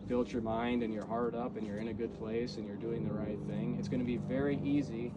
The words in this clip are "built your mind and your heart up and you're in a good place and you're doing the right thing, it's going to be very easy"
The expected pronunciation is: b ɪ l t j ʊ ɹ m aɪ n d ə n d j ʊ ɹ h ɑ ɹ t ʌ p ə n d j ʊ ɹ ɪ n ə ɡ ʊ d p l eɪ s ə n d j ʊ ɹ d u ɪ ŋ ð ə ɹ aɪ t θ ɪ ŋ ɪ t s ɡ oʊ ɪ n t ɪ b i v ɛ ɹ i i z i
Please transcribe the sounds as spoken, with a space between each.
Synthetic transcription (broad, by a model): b ɪ l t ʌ ɹ m aɪ n d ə n j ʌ ɹ h ɑ ɹ t ʌ p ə n j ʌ ɹ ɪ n ə ɡ ʊ d p l eɪ s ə n j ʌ ɹ d u ɪ ŋ ð ə ɹ aɪ t θ ɪ ŋ ɪ t s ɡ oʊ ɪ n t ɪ b i v ɛ ɹ i i z i